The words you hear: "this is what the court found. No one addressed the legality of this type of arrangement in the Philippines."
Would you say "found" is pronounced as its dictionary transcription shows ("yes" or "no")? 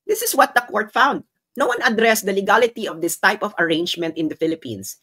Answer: yes